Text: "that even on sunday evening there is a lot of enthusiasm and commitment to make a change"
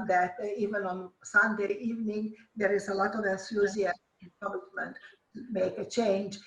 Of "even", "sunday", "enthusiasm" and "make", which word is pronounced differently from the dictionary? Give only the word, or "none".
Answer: enthusiasm